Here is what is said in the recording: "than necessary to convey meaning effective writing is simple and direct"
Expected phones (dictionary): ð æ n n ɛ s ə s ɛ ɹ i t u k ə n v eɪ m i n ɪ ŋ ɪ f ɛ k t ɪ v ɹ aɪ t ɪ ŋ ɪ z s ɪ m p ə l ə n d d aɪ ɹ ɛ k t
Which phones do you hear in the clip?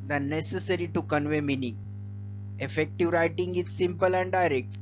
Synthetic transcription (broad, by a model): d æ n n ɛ s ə s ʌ ɹ i t u k ə n v eɪ m i n ɪ ŋ ɪ f ɛ k t ɪ v ɹ aɪ t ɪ ŋ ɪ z s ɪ m p ə l ə n d d aɪ ɹ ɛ k t